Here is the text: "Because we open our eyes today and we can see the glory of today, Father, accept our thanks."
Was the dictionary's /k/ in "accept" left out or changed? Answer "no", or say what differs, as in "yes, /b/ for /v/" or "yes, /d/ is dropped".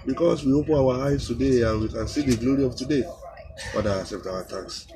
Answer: yes, /k/ is dropped